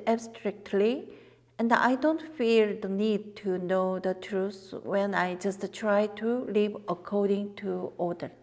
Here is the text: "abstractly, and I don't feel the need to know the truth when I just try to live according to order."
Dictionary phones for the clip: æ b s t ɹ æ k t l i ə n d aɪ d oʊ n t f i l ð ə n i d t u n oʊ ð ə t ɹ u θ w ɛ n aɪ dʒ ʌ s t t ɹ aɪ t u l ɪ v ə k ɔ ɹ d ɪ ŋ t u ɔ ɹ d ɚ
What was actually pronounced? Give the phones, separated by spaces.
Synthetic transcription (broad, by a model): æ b s t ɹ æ k t l i ə n d aɪ d oʊ n t f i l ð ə n i d t u n oʊ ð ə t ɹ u s w ɛ n aɪ dʒ ʌ s t t ɹ aɪ t u l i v ə k ɔ ɹ d ɪ ŋ t u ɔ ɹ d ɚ